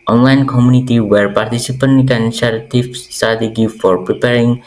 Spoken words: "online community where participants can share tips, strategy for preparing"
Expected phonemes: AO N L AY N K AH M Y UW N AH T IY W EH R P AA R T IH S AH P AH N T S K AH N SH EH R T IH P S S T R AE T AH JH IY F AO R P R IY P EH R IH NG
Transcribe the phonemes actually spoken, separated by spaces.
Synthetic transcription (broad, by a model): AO N L AY N K AH M Y UW N AH T IY W EH R P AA R T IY S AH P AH N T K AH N S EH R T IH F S S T AA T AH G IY F AO R P R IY P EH R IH NG